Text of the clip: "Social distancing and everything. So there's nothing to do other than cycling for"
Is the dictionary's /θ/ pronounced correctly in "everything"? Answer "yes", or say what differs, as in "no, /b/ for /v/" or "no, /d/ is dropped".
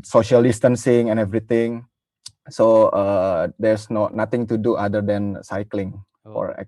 no, /t/ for /θ/